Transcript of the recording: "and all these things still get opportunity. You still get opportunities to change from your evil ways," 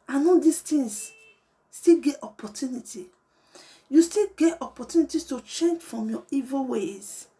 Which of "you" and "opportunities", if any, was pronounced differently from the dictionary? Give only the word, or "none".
opportunities